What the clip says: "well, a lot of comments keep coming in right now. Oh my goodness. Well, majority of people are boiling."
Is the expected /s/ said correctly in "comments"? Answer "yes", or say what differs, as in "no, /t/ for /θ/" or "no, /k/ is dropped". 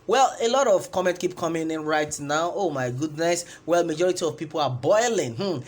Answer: no, /s/ is dropped